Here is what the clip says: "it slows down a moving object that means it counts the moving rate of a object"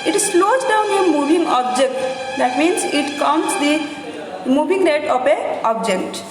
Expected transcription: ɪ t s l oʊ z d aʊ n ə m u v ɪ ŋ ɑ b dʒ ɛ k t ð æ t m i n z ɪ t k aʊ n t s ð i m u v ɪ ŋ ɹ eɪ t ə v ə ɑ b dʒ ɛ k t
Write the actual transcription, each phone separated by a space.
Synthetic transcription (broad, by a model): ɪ t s l oʊ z d aʊ n ə m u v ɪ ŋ ɑ b dʒ ɛ k t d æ t m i n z ɪ t k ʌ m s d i m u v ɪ ŋ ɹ eɪ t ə p ə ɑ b dʒ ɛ k t